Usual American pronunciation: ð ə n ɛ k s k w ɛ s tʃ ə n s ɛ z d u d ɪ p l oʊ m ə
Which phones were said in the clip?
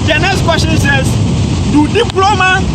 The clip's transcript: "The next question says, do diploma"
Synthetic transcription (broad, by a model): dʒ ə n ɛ s k w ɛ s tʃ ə n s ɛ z d u d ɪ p l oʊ m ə